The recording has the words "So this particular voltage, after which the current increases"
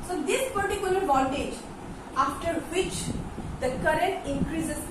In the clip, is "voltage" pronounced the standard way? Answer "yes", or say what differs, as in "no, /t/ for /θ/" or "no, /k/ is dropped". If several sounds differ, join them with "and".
no, /n/ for /l/